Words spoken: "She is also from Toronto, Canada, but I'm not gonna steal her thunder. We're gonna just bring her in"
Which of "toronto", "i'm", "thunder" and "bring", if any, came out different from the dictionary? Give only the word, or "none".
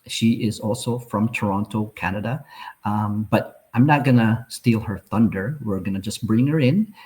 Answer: none